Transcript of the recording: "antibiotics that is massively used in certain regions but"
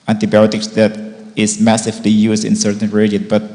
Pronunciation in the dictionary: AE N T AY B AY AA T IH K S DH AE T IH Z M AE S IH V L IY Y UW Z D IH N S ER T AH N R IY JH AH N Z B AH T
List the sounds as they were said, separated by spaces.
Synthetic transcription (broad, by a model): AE N T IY B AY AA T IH K S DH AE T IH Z M AE S IH V L IY Y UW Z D IH N S ER T AH N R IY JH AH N B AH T